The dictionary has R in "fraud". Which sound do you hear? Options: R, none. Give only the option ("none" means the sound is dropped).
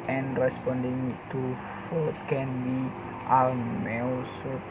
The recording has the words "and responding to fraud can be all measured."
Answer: none